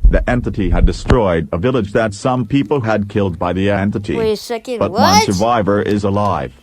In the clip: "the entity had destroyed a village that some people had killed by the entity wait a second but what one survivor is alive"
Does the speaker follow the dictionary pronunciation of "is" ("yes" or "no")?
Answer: yes